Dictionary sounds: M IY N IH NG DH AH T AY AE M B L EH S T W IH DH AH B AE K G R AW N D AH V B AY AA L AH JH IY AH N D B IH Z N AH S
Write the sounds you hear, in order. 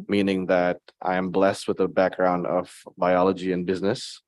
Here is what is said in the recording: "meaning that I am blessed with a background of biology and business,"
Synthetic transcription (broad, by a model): M IY N IH NG DH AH T AY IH M B L EH S T W IH DH AH B AE K G R AW N D AH V B AY AA L AH JH IY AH N B IH Z N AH S